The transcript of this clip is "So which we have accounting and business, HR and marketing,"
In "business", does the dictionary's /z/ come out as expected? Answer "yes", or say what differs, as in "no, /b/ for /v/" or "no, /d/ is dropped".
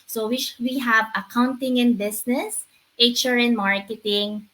no, /s/ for /z/